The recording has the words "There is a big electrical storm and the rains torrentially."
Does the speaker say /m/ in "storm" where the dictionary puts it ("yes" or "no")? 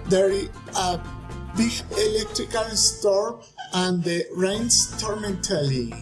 no